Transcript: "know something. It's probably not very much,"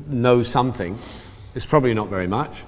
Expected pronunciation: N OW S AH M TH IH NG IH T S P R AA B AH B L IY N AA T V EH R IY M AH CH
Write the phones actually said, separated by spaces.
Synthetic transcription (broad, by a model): N OW S AH M TH IH NG IH T S P R AA B AH B L IY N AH T V EH R IY M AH CH